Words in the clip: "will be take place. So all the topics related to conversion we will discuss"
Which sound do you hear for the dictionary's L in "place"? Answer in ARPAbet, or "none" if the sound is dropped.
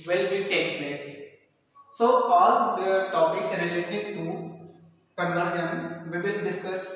L